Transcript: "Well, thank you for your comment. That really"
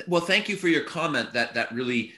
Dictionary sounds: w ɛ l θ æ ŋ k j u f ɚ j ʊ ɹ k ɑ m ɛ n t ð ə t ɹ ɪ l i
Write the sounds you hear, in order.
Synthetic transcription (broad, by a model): w ɛ l θ æ ŋ k j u f ɚ j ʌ ɹ k ɑ m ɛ n t ð ə t ɹ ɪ l i